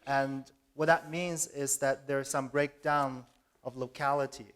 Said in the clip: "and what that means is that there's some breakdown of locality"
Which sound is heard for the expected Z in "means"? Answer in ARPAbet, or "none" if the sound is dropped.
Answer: Z